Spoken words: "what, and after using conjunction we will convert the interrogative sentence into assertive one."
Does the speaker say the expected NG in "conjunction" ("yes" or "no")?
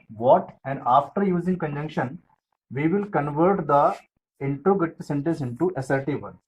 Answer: yes